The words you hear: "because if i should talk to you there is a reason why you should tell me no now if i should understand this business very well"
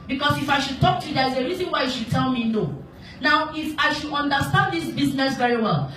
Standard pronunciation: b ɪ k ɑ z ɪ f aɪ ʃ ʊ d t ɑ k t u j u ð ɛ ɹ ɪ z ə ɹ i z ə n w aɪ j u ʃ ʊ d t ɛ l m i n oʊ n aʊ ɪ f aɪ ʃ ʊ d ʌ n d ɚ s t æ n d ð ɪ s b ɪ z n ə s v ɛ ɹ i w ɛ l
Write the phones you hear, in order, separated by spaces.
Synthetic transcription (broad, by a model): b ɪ k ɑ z ɪ f aɪ ʃ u d t ɑ k t u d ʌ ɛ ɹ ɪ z ə ɹ i z ə n w aɪ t ʃ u d t ɛ l m i n oʊ n aʊ ɪ f aɪ ʃ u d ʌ n d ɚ s t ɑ n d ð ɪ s b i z n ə s v ɛ ɹ i w ɛ l